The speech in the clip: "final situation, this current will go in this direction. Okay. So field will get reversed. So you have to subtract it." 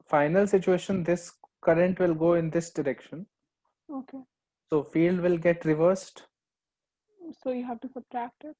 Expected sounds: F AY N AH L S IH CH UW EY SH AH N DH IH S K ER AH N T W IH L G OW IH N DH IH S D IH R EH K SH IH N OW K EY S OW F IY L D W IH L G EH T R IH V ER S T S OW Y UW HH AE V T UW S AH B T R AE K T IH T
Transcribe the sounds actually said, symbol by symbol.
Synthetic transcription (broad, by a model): F AY N AH L S IH CH UW EY SH AH N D IH S K ER AH N T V IH L G OW IH N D IH S D IH R EH K SH IH N OW K EY S OW F IY L D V IH L G EH T R IH V ER S T S OW Y UW HH AE V T UW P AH T R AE K T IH T